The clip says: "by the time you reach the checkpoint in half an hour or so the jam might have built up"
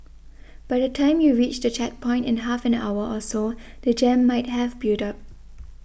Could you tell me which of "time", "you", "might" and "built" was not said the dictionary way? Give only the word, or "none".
built